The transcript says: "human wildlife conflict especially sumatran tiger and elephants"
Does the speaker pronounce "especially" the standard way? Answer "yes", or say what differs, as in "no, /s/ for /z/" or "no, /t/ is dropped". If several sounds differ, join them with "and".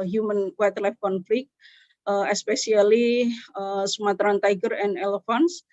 no, /s/ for /ʃ/